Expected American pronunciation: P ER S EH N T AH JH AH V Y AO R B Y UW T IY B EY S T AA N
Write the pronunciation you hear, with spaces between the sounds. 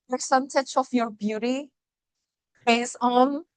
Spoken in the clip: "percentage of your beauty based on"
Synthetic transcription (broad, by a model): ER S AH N T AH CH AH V Y AO R B Y UW T IY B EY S AA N